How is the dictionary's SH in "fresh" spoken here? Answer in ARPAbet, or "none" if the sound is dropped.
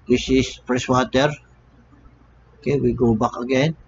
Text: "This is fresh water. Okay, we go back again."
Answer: S